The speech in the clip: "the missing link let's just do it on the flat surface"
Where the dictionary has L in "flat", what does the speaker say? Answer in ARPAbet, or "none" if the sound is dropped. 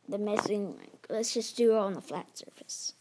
L